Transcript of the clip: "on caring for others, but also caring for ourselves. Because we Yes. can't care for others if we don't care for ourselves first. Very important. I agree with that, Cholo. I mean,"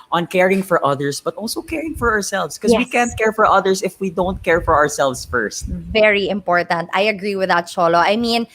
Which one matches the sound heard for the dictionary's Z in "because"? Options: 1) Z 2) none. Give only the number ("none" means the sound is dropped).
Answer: 2